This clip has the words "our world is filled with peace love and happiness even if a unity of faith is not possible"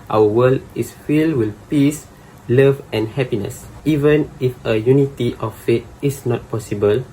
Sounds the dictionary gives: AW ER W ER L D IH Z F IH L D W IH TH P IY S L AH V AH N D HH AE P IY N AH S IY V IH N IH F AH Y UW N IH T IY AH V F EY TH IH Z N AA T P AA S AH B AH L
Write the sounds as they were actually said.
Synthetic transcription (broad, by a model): AW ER W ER L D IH S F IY L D W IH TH P IY S L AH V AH N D HH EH P IY N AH S IY V IH N IH F AH Y UW N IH T IY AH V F EY T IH S N AA T P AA S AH B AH L